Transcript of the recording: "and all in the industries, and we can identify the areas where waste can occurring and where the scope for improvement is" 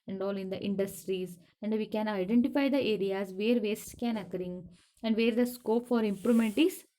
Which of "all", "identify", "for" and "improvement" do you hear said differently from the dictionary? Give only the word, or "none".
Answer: improvement